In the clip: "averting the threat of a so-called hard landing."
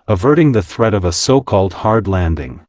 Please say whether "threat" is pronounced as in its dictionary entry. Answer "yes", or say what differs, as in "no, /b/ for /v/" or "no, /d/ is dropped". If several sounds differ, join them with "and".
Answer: yes